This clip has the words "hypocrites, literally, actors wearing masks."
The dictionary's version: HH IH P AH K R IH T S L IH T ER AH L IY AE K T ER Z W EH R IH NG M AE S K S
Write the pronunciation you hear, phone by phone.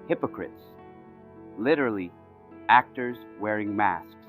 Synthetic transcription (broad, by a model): HH IH P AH K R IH T S L IH T ER L IY AE K T ER Z W EH R IH NG M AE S S